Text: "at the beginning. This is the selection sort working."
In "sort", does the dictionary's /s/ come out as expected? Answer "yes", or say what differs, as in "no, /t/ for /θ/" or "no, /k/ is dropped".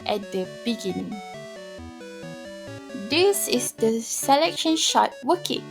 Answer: no, /ʃ/ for /s/